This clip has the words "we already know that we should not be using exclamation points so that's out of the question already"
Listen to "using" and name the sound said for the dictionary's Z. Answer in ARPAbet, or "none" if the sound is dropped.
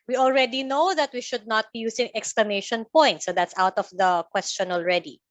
S